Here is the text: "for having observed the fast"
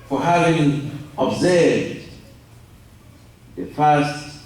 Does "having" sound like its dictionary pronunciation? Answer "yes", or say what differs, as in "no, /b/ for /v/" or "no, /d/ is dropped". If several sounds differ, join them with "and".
yes